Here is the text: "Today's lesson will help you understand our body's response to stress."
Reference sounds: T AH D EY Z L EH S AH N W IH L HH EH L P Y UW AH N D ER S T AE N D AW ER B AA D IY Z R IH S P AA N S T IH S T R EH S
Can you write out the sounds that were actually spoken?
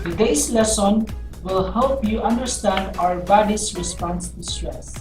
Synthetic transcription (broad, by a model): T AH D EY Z L EH S AH N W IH L HH EH L P Y UW AH N D ER S T AE N D AW ER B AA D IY S R IH S P AA N S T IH S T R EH S